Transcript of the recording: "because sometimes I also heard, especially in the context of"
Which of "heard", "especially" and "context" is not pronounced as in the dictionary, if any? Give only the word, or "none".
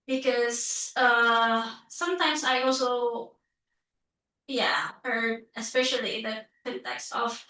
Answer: none